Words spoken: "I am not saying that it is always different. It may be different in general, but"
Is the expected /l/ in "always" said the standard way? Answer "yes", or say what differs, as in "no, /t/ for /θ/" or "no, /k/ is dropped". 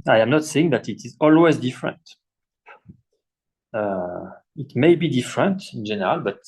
yes